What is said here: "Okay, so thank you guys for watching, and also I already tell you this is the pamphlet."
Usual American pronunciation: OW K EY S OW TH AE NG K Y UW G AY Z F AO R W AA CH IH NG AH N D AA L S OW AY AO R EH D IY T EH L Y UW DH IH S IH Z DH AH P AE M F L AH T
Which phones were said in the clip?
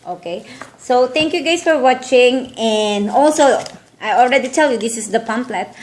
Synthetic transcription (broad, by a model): OW K EY S OW T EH NG K Y UW G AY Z F AO R W AA CH IH NG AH N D AA L S OW AY AO R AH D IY T EH L Y UW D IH S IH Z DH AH P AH M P L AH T